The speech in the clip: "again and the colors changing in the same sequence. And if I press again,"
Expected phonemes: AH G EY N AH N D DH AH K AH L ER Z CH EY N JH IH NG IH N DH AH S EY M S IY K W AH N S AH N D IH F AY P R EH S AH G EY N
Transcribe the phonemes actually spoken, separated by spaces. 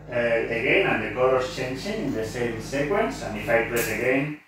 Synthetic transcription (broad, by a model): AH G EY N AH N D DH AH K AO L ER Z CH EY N CH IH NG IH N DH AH S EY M S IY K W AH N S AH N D IH F AY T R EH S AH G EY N